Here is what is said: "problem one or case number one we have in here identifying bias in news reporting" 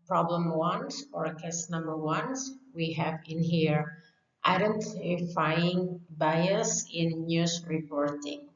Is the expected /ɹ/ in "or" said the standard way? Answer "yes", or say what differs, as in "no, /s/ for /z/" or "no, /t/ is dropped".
yes